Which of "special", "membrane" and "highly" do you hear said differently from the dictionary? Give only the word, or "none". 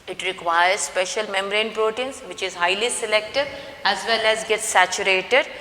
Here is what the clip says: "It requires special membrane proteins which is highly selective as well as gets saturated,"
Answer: membrane